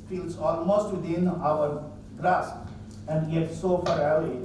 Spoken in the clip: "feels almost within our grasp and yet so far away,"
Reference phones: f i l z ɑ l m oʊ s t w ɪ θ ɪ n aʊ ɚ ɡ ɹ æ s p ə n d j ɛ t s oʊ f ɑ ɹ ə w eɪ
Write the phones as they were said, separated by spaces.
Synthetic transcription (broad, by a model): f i l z ɑ l m oʊ s t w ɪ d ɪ n aʊ ɚ ɡ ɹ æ s ə n d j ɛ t s oʊ f ɑ ɹ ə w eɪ